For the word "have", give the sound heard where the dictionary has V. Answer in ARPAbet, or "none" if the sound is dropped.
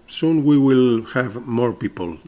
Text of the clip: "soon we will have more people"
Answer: V